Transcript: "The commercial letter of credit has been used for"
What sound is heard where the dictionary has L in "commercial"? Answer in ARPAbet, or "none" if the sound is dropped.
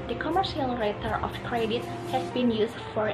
L